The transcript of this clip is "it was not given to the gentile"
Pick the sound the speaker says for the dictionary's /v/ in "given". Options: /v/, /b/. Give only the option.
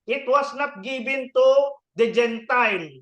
/b/